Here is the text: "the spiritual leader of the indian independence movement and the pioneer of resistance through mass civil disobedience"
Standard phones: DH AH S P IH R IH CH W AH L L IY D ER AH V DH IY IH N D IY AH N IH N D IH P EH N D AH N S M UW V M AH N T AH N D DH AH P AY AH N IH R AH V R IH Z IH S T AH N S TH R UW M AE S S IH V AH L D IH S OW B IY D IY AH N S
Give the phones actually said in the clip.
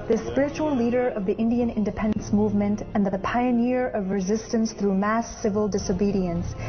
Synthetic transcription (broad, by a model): DH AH S P IH R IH CH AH L L IY D ER AH V DH IY IH N D IY AH N IH N D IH P EH N D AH N S M UW V M AH N T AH N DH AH P AY AH N IH R AH V R IH Z IH S T AH N S TH R UW M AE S S IH V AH L D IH S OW B IY D IY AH N S